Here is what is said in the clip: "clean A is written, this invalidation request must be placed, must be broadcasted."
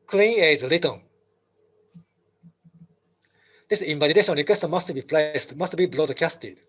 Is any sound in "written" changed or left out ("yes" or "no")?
yes